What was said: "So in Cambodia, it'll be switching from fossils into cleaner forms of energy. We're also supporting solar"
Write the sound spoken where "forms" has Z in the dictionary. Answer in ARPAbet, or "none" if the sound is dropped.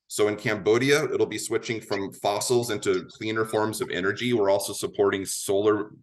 Z